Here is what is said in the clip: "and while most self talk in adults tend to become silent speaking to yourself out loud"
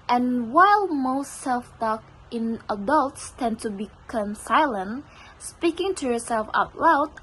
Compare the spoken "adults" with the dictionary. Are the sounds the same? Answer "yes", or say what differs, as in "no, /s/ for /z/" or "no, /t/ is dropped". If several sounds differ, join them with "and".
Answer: yes